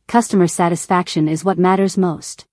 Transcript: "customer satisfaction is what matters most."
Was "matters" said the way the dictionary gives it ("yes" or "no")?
yes